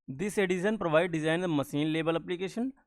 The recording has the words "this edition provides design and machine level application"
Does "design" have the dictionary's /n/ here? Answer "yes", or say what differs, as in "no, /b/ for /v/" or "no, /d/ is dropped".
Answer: no, /n/ is dropped